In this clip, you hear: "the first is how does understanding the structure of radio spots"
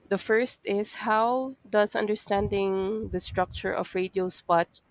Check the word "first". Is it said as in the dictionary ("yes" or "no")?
yes